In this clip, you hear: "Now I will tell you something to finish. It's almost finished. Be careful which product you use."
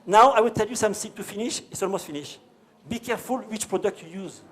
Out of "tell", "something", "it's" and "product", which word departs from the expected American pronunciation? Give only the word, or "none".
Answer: something